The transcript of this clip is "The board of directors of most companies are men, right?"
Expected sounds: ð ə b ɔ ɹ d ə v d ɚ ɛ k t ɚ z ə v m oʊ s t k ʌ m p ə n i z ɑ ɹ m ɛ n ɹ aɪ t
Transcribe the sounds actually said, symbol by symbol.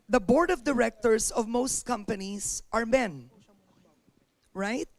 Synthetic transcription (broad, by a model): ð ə b ɔ ɹ d ə v d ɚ ɛ k t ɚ s ə v m oʊ s t k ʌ m p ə n i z ɑ ɹ m ɛ n ɹ aɪ t